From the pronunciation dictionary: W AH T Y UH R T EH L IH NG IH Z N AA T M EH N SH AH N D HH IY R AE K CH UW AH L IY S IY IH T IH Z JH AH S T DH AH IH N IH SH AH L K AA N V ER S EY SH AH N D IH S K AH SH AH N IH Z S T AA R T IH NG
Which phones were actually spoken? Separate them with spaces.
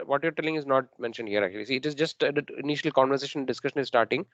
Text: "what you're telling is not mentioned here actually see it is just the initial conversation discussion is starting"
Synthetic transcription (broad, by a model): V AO T Y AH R T EH L IH NG IH Z N AA T M EH N SH AH N D HH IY R AE K CH UW AH L IY S IY IH T IH Z JH AH S T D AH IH N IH SH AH L K AA N V ER S EY SH AH N D IH S K AH SH AH N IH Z S T AA R T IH NG